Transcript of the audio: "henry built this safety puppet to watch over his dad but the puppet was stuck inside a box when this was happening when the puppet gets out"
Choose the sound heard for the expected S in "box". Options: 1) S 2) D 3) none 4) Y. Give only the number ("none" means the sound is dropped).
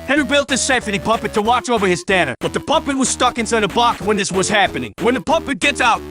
3